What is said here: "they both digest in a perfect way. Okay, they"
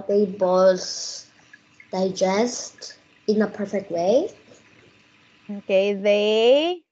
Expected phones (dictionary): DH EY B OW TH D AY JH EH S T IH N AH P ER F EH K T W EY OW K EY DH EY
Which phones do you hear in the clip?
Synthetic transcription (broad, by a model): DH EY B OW S D AY JH EH S T IH N AH P ER F EH K T W EY OW K EY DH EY